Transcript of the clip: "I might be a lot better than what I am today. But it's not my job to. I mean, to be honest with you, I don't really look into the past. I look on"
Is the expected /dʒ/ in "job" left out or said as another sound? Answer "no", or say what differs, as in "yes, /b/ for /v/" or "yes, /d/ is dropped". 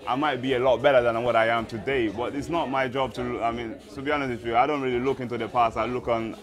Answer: no